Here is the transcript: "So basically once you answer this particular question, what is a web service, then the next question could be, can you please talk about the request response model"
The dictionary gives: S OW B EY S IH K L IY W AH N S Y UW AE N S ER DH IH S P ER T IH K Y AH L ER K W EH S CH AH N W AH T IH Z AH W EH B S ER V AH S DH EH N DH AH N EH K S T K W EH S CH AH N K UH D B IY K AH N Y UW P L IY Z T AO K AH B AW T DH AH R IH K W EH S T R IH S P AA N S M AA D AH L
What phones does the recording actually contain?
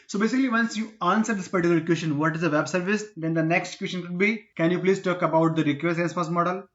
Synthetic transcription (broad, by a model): S OW B EY S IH K L IY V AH N S Y UW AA N S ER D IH S P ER T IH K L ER K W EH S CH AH N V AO T IH Z AH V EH B S ER V AH S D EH N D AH N EH K S T K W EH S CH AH N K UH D B IY K AH N Y UW P L IY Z T AO K AH B AW T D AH R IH K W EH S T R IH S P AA S M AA D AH L